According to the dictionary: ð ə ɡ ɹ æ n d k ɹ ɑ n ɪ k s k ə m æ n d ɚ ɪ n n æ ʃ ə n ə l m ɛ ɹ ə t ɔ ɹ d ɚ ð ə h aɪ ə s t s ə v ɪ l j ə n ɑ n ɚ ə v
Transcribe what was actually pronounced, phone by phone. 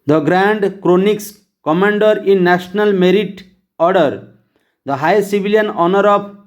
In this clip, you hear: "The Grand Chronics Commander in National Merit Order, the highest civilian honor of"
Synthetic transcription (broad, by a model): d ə ɡ ɹ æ n d k ɹ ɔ n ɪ k s k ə m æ n d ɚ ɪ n n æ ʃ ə n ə l m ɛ ɹ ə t ɔ ɹ d ɚ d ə h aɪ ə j s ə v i l j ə n ɑ n ɚ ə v